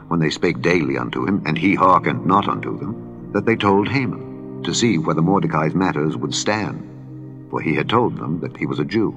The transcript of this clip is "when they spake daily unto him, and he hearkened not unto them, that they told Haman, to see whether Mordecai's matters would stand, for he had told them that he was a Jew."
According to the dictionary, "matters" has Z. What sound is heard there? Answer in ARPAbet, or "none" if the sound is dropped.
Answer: Z